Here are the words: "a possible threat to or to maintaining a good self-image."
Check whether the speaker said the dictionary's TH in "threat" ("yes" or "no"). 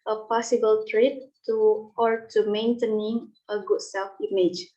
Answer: no